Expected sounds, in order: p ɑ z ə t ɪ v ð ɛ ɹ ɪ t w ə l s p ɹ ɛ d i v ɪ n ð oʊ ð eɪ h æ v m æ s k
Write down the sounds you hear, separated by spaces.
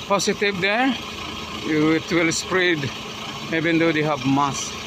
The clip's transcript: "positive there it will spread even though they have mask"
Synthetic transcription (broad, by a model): p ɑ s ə t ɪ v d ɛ w ɪ t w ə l s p ɹ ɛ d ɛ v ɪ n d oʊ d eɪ h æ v m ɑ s